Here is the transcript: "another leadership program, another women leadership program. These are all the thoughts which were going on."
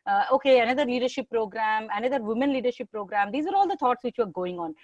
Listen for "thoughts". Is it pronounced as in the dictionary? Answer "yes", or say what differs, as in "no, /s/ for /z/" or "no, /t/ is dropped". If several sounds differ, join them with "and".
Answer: no, /t/ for /θ/